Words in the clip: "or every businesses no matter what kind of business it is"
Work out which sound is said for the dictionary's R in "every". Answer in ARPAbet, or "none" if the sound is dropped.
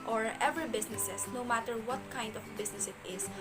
none